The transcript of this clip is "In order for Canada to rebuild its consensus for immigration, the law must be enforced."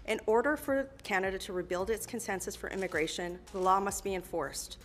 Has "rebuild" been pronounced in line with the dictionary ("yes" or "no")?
yes